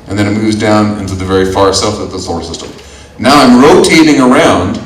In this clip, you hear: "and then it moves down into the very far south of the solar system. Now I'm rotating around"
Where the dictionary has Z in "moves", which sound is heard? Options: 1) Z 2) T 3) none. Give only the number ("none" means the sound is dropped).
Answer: 1